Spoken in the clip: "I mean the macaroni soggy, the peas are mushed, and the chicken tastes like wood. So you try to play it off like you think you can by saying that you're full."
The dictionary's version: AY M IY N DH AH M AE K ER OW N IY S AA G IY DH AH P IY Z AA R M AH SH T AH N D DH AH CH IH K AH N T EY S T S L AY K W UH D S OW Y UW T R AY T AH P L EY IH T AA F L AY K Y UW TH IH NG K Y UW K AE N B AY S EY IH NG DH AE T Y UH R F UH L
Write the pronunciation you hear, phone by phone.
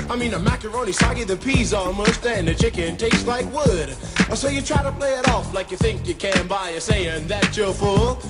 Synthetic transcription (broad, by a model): AY M IY N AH M AE K ER OW N IY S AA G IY DH AH P IY Z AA L M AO S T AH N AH CH IH K AH N T EY S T L AY K W UH D S OW Y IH T R AY T AH P L EY IH T AA F L AY K Y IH TH IH NG K Y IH K AE N B AY S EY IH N DH AE T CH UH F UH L